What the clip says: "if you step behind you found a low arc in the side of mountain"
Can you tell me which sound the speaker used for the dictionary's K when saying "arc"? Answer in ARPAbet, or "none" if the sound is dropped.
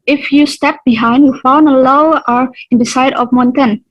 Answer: none